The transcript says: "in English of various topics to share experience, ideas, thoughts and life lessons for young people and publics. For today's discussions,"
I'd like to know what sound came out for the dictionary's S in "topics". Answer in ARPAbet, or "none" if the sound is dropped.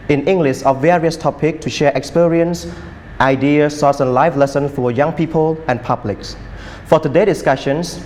none